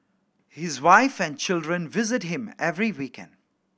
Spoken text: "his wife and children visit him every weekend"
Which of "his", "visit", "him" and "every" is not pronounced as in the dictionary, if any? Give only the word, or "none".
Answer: none